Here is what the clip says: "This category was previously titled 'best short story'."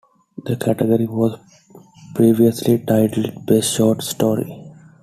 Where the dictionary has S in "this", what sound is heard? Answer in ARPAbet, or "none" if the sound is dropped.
none